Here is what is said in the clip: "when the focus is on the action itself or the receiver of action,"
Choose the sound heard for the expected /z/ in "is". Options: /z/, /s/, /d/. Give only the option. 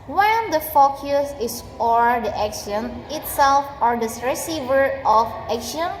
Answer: /s/